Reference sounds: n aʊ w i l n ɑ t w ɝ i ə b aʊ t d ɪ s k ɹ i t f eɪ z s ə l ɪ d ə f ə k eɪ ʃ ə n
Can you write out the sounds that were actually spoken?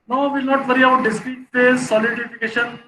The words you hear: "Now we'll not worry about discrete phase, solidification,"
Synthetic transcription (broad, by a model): n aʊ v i l n ɑ t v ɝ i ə aʊ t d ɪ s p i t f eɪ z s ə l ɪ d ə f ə k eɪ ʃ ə n